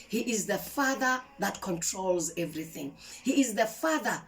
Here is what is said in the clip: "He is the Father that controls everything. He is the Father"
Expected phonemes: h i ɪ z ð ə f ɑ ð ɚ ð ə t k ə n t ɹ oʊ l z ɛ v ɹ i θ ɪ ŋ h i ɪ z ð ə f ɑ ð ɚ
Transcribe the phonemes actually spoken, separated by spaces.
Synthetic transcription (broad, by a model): h i ɪ z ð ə f ɑ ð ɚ ð ə t k ə n t ɹ oʊ l z ɛ v ɹ i θ ɪ ŋ h i ɪ z ð ə f ɑ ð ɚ